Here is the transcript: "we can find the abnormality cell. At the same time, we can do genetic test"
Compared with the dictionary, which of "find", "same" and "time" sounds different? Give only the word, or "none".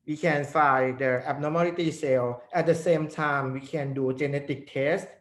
find